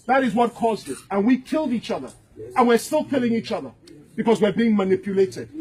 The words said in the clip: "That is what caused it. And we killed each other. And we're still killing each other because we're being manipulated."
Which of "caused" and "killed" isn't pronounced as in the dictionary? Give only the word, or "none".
none